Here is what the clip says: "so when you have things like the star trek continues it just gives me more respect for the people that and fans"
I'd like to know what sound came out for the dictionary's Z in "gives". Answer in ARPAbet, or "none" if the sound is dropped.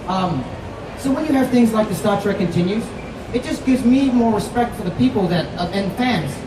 Z